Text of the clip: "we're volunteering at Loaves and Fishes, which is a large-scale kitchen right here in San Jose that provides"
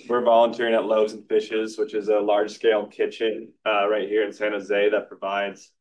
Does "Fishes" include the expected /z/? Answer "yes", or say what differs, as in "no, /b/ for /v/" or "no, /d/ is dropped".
yes